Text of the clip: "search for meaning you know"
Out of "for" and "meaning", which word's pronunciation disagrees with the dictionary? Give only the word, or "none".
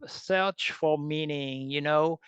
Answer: for